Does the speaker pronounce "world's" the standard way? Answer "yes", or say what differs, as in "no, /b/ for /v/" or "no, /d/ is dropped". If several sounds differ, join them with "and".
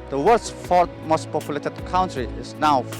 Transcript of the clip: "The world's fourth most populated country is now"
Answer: no, /l/ is dropped and /s/ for /z/